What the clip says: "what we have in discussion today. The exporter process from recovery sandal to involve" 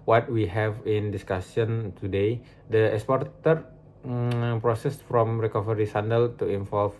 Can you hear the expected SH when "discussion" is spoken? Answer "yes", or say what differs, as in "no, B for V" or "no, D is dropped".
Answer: no, S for SH